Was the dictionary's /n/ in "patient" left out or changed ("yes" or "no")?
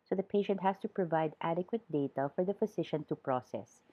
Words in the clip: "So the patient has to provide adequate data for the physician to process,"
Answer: no